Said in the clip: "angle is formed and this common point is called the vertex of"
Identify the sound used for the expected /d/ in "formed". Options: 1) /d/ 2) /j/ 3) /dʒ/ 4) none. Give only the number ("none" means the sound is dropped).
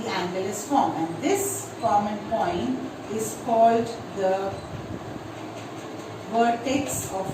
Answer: 4